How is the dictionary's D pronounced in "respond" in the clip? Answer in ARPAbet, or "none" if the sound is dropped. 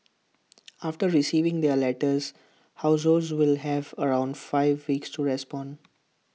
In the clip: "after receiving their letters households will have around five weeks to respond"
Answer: D